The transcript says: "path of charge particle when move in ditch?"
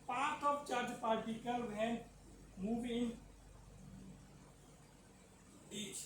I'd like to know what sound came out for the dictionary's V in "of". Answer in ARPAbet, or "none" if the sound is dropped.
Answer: P